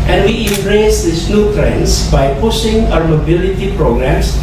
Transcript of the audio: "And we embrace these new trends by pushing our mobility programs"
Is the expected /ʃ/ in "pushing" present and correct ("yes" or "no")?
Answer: no